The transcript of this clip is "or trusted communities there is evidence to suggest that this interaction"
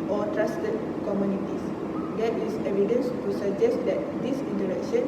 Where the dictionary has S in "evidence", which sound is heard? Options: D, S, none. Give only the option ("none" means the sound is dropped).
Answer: S